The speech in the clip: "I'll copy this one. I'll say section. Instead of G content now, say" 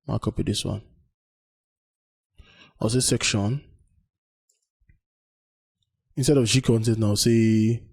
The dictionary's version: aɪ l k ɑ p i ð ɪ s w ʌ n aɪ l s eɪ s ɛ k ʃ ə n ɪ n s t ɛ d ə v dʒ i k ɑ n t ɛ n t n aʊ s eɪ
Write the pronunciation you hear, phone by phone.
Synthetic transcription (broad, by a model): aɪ k ɑ p i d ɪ s w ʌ n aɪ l s eɪ s ɛ k ʃ ə n ɪ n s t ɛ d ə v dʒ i k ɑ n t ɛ t n aʊ s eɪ